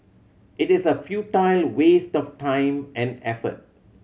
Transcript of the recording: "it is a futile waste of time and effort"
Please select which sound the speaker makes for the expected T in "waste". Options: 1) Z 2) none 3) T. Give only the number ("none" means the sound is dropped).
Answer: 3